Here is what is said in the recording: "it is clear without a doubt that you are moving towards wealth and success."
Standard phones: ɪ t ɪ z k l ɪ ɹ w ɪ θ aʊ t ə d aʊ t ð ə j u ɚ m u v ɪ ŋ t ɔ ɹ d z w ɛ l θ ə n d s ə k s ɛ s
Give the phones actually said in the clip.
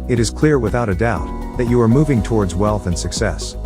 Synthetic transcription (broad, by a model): ɪ t ɪ z k l ɪ ɹ w ɪ θ aʊ t ə d aʊ t ð ə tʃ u ɚ m u v ɪ ŋ t ɔ ɹ d z w ɛ l θ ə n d s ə k s ɛ s